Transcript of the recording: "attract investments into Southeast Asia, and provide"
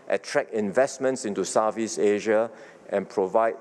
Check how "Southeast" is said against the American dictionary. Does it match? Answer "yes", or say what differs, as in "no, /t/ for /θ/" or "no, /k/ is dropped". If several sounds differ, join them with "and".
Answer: no, /t/ is dropped